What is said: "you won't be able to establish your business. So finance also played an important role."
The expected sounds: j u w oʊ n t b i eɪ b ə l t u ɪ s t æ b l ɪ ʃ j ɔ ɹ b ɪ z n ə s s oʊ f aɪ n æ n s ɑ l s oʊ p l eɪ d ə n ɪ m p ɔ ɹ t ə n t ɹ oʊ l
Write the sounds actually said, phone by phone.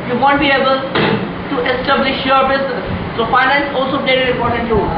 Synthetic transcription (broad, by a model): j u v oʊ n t b i eɪ b ə l t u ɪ s t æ b l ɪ ʃ j ɔ ɹ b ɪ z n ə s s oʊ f aɪ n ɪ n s ɑ l s oʊ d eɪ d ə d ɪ p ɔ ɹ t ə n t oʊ